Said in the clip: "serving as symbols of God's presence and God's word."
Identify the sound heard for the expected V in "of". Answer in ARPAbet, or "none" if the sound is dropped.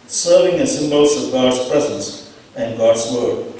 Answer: V